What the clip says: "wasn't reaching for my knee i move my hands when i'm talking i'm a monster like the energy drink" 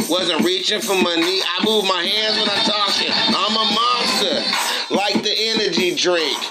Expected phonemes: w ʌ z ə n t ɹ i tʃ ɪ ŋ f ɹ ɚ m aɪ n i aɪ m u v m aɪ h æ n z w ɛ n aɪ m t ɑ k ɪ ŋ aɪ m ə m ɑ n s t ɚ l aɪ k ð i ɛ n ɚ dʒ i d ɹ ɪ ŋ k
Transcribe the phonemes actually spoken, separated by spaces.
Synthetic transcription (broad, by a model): w ʌ z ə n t ɹ i tʃ ɪ ŋ f ɹ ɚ m aɪ n i aɪ m u v m aɪ h æ n z w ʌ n aɪ t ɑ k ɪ aɪ m ə m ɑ s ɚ l aɪ k ð i ɛ n ɚ dʒ i d ɹ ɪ ŋ k